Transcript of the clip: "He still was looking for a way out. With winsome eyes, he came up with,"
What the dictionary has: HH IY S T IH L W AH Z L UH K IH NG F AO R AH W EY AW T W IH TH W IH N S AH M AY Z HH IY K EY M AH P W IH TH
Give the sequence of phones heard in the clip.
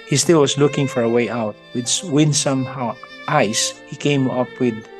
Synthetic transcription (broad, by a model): HH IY S T IH L W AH S L UH K IH NG F AO R AH W EY AW T W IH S W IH N S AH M AY S HH IY K EY M AH P W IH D